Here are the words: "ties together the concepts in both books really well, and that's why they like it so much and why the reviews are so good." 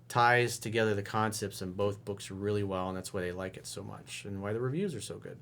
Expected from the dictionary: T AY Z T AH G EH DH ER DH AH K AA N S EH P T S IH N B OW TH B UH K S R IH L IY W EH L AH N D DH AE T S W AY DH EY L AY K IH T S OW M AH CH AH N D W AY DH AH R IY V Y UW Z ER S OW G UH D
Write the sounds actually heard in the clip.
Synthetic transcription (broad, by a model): T AY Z T AH G EH DH ER DH AH K AA N S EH P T S IH N B OW TH B UH K S R IH L IY W EH L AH N DH AE T S W AY DH EY L AY K IH T S OW M AH CH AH N W AY DH AH R IY V Y UW Z ER S OW G UH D